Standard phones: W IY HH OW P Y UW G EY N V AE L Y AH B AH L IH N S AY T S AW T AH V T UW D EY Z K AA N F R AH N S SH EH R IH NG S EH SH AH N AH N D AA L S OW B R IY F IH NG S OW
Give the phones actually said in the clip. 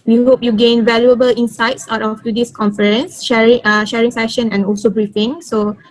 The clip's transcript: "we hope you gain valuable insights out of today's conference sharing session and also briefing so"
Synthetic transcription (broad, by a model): W IY HH OW P Y UW G EY N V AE L Y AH B AH L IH N S AY T S AW T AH F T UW D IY S K AA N F R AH N S SH EH R IH NG S EH SH AH N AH N AA L S OW B R IY F IH NG S OW